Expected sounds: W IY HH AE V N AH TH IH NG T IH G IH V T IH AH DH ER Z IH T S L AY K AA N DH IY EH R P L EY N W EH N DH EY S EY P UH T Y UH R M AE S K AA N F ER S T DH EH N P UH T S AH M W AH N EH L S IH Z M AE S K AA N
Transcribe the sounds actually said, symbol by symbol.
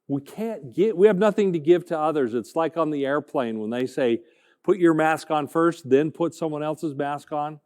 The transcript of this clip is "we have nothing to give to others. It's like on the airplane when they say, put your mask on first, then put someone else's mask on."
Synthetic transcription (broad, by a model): W IY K AE V N AH TH IH NG T IH G IH V T IH AH DH ER Z IH T S L AY K N DH IY EH R P L EY N W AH N DH EY S EY P UH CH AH R M AE S K N F ER S T DH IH N P UH T S AH M W AH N EH L S IH Z M AE S K N